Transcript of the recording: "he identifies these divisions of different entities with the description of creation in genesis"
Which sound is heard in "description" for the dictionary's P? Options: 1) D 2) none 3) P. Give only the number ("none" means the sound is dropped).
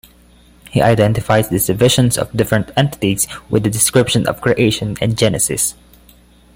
3